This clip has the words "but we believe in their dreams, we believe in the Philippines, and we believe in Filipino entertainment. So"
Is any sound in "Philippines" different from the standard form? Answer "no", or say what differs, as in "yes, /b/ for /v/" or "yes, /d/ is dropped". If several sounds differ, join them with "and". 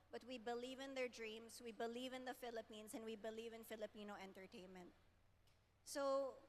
yes, /s/ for /z/